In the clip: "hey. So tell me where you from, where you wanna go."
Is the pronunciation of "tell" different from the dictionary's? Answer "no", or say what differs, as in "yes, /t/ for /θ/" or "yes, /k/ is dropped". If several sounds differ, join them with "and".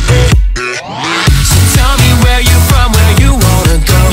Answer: no